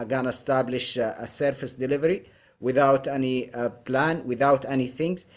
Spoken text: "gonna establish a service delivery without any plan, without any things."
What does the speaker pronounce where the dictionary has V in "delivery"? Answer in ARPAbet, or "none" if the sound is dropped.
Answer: V